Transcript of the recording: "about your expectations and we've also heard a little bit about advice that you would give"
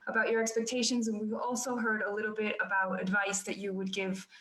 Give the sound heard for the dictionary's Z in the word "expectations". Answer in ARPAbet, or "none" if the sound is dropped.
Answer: Z